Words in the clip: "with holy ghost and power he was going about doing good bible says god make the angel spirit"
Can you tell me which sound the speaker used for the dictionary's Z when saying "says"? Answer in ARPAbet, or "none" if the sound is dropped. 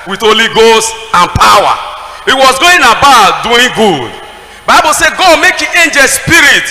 none